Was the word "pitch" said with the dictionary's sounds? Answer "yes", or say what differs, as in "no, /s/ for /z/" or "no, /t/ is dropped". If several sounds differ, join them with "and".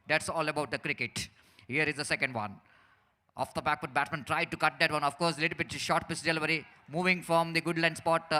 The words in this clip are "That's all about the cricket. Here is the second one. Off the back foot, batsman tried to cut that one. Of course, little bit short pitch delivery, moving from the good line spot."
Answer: no, /s/ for /tʃ/